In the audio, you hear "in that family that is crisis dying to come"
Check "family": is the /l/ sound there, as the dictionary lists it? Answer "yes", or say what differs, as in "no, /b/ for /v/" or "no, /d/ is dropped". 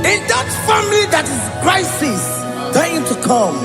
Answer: no, /l/ is dropped